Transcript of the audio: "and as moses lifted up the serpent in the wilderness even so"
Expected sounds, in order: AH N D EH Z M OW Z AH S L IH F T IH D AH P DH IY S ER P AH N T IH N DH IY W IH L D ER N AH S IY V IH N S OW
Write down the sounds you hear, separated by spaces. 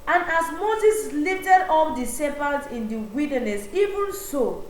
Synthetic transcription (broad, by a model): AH N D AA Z M OW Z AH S L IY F T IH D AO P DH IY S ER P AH L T IH N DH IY W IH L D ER N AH S IY V IH N S OW